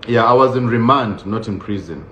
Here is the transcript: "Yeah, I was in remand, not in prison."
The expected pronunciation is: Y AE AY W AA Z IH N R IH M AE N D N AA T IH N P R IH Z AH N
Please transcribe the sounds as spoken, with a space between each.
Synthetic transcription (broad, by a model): Y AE AY W AA Z IH N R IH M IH N D N AA T IH N P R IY Z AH N